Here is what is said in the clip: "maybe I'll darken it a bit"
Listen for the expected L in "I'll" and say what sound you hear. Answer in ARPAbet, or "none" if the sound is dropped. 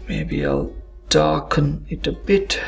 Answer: L